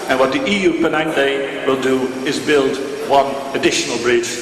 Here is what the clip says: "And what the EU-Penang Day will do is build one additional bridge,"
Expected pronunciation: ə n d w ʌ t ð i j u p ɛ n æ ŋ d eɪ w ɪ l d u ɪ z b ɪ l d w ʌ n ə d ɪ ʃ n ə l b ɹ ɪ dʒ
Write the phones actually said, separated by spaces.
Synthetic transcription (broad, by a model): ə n w ʌ t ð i j u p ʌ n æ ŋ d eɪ w ɪ l d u ɪ z b ɪ l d w ʌ n ə d ɪ ʃ n ə l b ɹ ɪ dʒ